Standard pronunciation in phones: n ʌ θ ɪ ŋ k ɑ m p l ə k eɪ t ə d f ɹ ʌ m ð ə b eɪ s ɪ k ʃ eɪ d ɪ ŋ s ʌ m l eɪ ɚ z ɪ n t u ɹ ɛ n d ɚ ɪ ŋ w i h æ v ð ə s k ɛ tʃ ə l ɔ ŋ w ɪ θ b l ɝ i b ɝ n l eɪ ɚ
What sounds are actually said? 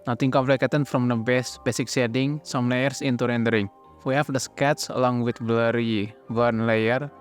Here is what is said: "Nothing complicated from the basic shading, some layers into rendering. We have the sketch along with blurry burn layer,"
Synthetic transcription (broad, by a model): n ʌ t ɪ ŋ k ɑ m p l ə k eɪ t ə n f ɹ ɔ m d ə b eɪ s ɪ k s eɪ d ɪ ŋ s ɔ m l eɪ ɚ s ɪ n t u ɹ ɛ n d ɚ ɪ ŋ w i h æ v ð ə s k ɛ s ə l ɔ ŋ w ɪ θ b l ɝ i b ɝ n l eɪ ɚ